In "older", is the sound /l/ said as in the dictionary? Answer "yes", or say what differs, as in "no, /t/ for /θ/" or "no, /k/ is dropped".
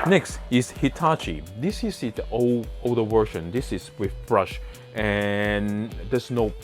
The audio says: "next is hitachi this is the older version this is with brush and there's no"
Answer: no, /l/ is dropped